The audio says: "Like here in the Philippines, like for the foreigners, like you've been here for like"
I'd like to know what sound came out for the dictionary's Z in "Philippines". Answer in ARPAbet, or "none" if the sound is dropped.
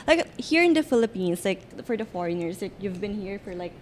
S